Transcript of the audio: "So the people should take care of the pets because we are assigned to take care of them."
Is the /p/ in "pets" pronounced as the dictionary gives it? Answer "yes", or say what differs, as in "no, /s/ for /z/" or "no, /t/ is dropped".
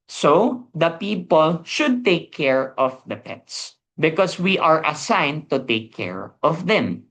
yes